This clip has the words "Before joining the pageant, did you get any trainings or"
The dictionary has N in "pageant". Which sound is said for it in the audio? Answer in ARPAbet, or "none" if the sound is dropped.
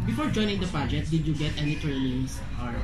none